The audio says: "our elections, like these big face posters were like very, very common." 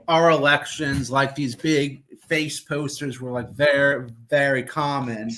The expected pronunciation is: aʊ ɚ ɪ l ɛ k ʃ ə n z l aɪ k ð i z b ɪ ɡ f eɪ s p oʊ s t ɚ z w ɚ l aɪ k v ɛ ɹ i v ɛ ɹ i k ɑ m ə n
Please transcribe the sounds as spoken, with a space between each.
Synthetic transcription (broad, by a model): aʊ ɚ ɪ l ɛ k ʃ ə n z l aɪ k ð i z b ɪ ɡ f eɪ s p oʊ s t ɚ z w ɚ l aɪ k v ɛ ɹ i v ɛ ɹ i k ɑ m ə n